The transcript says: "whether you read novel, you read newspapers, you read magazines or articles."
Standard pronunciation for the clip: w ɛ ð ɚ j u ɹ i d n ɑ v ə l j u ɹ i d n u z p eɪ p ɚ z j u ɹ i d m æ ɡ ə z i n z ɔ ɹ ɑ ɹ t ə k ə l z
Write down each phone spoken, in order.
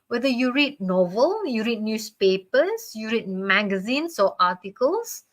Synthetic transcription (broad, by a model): w ɛ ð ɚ j u ɹ i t n ɑ v ə l j u ɹ i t n u s p eɪ p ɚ s j u ɹ i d m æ ɡ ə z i n s ɔ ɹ ɑ t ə k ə l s